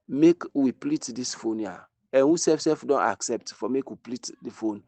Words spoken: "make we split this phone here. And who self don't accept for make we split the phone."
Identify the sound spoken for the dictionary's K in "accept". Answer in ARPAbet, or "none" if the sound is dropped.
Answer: K